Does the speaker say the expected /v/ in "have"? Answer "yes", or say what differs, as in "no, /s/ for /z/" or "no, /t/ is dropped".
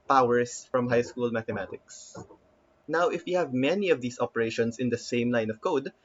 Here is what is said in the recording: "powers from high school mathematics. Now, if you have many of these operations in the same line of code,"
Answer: yes